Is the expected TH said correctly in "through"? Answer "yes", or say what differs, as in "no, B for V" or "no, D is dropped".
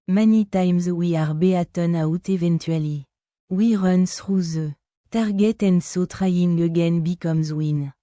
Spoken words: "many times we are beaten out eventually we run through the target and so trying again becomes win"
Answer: no, S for TH